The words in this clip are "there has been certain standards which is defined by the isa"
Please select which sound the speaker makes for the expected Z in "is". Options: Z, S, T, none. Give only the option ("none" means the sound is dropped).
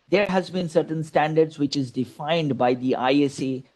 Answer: Z